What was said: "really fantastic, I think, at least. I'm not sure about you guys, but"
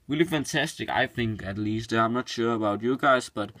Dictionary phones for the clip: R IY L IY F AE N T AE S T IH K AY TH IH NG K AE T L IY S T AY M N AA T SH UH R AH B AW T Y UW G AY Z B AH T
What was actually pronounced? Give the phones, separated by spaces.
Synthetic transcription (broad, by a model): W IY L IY F AE N T AE S T IH K AY TH IH NG K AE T L IY S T AY M N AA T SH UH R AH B AW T Y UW G AY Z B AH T